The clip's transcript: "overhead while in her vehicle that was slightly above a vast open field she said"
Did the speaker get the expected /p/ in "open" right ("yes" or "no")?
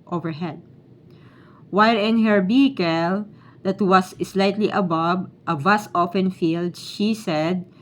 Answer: no